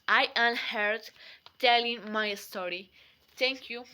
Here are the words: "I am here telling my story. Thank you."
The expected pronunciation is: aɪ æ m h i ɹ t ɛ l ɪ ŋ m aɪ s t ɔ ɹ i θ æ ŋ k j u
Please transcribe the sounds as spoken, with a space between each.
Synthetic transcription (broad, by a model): aɪ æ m h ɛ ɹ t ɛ l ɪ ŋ m aɪ s t ɔ ɹ i t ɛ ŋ k j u